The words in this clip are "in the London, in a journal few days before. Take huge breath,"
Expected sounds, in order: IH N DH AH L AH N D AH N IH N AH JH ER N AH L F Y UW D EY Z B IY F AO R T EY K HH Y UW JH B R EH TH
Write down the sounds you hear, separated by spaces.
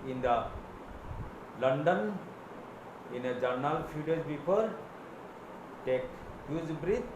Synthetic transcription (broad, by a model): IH N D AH L AH N D AH N IH N AH JH ER N AH L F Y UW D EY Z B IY P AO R T EY K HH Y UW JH B R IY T